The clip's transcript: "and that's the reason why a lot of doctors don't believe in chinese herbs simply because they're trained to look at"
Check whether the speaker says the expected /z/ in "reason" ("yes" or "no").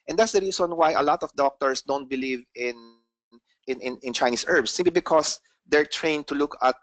no